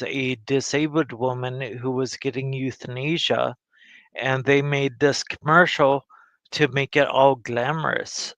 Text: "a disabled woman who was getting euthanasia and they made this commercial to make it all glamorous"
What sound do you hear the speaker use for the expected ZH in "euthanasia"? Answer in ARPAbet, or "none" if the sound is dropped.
ZH